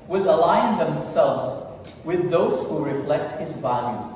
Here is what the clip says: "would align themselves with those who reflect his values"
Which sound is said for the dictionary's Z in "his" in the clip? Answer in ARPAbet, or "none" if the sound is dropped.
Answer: Z